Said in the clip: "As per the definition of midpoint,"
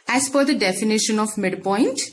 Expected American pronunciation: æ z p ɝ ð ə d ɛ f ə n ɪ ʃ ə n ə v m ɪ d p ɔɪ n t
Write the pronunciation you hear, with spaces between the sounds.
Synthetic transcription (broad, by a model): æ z f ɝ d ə d ɛ f ə n ɪ ʃ ə n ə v m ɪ d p ɔɪ n t